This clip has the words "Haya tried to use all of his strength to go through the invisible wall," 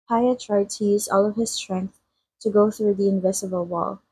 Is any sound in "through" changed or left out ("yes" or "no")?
no